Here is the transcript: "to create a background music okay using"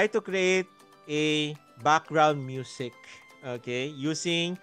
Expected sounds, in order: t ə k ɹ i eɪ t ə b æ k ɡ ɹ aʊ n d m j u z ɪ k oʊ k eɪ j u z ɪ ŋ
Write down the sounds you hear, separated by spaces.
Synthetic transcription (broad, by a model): t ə k ɹ i eɪ t ə b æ k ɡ ɹ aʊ n d m j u s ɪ k oʊ k eɪ j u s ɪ ŋ